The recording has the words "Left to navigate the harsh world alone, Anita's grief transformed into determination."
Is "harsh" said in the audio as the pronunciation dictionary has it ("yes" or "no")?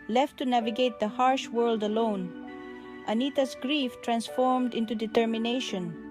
yes